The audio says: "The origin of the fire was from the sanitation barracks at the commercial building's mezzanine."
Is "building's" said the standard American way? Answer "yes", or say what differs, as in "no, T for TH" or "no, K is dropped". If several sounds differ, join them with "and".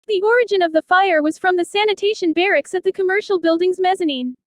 yes